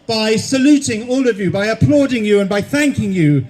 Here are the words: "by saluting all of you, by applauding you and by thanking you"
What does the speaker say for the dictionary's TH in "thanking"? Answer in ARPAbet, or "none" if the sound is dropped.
TH